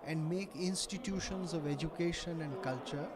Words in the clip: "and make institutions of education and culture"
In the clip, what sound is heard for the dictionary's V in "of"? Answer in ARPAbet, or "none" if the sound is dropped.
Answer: V